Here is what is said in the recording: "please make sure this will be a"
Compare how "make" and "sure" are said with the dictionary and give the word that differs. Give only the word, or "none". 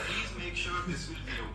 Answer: none